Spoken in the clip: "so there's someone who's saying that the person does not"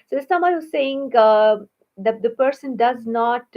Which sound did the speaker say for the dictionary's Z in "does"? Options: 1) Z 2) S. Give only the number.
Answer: 1